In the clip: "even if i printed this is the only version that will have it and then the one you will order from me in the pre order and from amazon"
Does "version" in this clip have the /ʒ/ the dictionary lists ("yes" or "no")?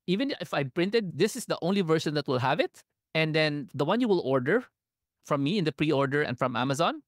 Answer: no